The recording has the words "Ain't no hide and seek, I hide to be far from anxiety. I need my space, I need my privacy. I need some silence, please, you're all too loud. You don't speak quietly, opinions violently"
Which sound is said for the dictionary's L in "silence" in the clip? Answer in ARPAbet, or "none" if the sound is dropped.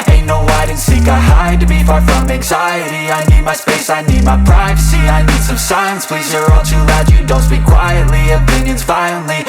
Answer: none